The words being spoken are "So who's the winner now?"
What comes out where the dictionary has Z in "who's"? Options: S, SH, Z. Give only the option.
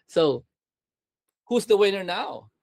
Z